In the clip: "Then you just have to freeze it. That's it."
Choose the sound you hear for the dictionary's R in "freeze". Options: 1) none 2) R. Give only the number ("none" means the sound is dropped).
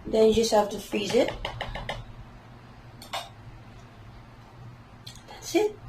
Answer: 1